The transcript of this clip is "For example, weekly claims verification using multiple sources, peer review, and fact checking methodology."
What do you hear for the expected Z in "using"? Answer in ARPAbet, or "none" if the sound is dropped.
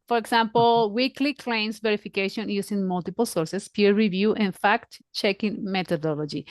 S